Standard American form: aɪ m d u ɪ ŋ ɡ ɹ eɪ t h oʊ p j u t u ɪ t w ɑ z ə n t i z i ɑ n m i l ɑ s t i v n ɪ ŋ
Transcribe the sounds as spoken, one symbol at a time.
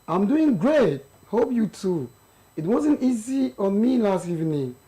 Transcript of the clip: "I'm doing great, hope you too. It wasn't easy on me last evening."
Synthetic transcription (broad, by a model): aɪ m d u ɪ ŋ ɡ ɹ eɪ t h oʊ p j u t u ɪ t w ɑ z ə n t i z i ɑ n m i l ɑ s t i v n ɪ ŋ